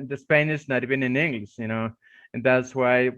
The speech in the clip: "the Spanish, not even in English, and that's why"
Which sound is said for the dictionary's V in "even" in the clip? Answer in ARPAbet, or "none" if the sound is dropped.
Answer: B